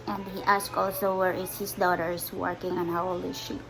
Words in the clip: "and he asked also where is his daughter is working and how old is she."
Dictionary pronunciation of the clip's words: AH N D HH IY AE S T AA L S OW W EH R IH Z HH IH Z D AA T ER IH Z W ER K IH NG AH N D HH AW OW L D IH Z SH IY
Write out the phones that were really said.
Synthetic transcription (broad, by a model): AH N D HH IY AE S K AA L S OW W EH R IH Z HH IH S D AA T ER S W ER K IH NG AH N HH AW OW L IH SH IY